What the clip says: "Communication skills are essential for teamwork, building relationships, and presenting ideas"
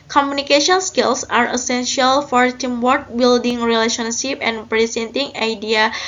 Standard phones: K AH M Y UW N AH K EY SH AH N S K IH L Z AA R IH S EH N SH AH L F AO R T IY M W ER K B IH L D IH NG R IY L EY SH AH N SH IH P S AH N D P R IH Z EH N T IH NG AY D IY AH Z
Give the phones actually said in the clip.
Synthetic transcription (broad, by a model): K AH M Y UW N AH K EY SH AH N S K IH L S AA R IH S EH N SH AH L F AO R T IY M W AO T B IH L D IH NG R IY L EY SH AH N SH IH P AH N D P R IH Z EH N T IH NG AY D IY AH